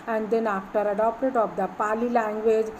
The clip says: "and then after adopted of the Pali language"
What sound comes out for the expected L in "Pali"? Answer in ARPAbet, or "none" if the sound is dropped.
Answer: L